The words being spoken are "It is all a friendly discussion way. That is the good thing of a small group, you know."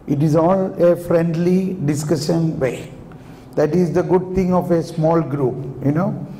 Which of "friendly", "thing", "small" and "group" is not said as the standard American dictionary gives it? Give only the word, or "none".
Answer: thing